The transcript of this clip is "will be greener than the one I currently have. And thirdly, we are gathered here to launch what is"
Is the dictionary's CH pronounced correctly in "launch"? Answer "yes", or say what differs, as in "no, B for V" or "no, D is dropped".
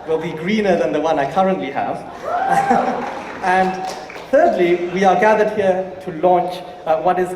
yes